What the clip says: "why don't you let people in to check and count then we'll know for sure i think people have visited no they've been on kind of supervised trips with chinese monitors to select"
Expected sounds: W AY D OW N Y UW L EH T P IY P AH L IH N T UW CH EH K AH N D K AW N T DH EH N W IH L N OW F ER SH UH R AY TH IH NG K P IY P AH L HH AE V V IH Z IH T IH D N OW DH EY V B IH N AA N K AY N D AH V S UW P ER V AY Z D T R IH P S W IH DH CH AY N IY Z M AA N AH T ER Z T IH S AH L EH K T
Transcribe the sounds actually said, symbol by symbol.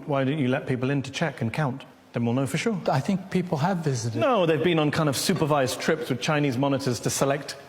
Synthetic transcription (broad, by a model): W AY D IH N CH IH L EH T P IY P L IH N T UW CH EH K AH N K AW N T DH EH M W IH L N OW F ER SH UH R AY TH IH NG K P IY P L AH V V IH Z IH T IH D N OW DH EY V B IH N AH N K AY N D AH V S UW P ER V AY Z T R IH P S W IH DH CH AY N IY Z M AA N AH T ER Z T IH S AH L EH K T